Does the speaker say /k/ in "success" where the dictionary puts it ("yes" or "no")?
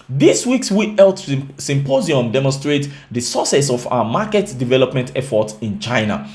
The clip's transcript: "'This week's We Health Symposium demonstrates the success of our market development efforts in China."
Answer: no